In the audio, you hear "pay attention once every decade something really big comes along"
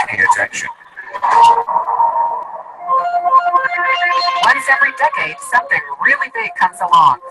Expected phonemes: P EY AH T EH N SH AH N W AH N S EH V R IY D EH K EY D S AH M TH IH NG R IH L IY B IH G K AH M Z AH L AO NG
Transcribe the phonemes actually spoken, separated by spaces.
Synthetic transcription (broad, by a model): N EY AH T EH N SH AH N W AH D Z EH V R IY D EH K EY D S AH M TH IH NG R IH L IY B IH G K AH M Z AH L AO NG